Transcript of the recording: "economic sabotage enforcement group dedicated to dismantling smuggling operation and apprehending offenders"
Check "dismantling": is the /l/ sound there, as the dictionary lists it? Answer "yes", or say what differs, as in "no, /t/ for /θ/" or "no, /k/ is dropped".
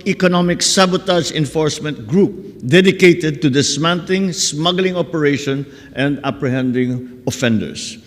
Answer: no, /l/ is dropped